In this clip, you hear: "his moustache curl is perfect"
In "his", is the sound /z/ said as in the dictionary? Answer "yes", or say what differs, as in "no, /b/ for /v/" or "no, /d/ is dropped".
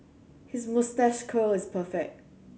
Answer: yes